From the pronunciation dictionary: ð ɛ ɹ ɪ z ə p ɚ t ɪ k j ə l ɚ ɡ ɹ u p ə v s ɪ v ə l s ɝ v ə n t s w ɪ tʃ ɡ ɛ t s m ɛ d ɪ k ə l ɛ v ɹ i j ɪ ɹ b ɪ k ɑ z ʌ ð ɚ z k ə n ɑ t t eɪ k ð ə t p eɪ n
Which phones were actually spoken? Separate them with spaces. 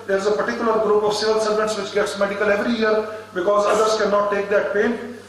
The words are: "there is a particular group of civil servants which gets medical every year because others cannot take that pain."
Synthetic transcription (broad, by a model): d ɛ ɹ ɪ z ə p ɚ t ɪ k j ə l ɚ ɡ ɹ u p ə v s ɪ v ə l s ɝ v ə n t s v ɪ tʃ ɡ ɛ t s m ɛ d ɪ k ə l ɛ v ɹ i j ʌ ɹ b ɪ k ɑ z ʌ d ɚ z k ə n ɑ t t eɪ k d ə t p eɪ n